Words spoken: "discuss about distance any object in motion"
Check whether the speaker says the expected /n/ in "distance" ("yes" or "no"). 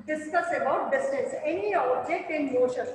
no